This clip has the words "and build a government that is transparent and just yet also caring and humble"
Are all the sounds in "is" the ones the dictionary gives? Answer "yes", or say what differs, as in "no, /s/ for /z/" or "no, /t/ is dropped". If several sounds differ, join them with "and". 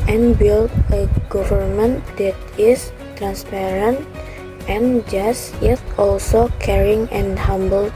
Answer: no, /s/ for /z/